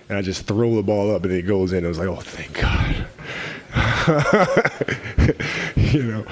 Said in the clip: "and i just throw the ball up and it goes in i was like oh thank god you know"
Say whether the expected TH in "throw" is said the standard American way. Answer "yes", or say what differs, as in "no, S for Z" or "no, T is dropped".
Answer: yes